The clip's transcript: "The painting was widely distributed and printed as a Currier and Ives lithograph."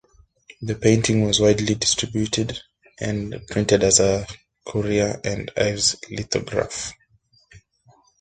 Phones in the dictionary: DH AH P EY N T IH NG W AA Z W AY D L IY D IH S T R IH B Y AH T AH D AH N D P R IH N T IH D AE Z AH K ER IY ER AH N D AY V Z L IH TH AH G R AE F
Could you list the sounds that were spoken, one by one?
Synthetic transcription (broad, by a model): DH AH P EY N T IH NG W AA Z W AY D L IY D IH S T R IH B Y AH T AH D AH N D P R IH N T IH D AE Z AH K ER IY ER AH N D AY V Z L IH T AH G R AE F